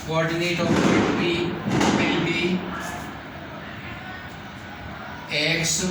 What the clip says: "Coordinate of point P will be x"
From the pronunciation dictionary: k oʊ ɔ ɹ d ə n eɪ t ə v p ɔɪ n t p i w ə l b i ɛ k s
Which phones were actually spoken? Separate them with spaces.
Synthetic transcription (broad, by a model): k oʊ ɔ ɹ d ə n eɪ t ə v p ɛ t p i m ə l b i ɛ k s